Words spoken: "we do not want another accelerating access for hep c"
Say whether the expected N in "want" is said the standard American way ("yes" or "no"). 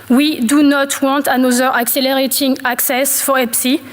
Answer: no